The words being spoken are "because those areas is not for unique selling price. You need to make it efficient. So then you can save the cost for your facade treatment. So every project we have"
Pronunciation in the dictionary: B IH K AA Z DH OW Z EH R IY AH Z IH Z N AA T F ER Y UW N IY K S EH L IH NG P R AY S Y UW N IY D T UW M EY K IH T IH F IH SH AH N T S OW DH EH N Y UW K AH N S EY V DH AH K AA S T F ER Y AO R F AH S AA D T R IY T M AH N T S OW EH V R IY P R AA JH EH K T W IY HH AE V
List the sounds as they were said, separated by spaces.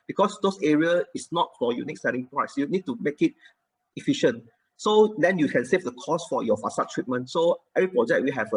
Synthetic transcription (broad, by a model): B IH K AA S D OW S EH R IY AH IH S N AA T F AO Y UW N IY K S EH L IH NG P R AY S Y UW N IY D T UW M EY K IH T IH F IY SH AH N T S OW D EH N Y UW K AH N S EY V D AH K AA S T F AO Y AO F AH S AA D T R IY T M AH N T S OW EH V R IY P R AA JH EH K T W IY HH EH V